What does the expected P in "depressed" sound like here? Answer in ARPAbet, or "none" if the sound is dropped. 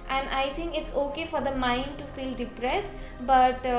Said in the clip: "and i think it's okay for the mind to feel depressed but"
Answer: P